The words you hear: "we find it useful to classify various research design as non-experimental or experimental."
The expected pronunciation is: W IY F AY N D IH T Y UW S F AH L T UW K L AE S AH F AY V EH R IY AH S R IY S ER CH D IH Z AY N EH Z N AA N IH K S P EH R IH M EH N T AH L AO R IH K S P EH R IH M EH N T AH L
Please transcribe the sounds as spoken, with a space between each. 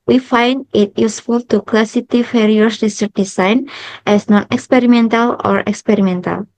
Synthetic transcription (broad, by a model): W IY F AY N D IH T Y UW S F AH L T UW K L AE S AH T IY F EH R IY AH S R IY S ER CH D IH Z AY N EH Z N AA N IH K S P EH R IH M EH N T AH L AO R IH K S P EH R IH M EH N T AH L